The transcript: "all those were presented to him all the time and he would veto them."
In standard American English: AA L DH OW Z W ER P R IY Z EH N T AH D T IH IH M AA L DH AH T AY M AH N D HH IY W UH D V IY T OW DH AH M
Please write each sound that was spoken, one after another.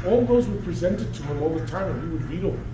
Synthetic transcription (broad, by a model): AA L DH OW Z W ER P R IY Z EH N T AH D T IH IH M AA L DH AH T AY M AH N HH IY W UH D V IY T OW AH